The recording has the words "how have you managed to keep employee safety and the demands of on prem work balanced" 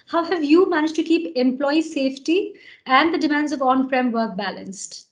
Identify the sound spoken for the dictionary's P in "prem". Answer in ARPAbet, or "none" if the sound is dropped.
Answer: F